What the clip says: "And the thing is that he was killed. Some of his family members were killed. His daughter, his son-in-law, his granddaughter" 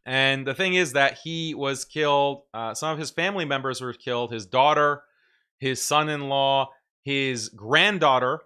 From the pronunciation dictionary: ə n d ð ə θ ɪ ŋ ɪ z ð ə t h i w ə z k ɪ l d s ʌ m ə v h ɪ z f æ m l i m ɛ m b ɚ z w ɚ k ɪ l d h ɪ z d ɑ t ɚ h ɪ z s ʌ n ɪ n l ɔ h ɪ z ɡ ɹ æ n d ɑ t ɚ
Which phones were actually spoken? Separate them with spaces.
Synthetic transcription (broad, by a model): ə n ð ə θ ɪ ŋ ɪ z ð ə t h i w ə z k ɪ l d s ʌ m ə v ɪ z f æ m l i m ɛ m b ɚ z w ɚ k ɪ l d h ɪ z d ɑ t ɚ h ɪ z s ʌ n ɪ n l ɔ h ɪ z ɡ ɹ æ n d ɑ t ɚ